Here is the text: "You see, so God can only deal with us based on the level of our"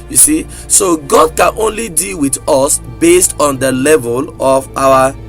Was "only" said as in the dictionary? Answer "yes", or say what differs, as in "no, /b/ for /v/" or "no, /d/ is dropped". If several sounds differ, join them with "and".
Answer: yes